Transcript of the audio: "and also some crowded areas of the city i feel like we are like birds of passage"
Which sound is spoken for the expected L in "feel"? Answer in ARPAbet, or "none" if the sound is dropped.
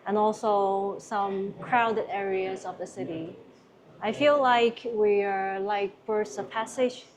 L